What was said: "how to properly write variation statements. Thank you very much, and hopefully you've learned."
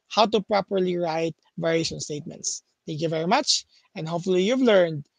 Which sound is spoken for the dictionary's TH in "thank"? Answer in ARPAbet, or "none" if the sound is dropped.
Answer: T